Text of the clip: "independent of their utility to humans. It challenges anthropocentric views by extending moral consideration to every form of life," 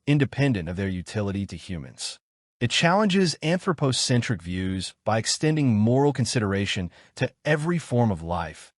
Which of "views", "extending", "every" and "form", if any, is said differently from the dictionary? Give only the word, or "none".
none